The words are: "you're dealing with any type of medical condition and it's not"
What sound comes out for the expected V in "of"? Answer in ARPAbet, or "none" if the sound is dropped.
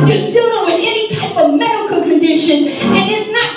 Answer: V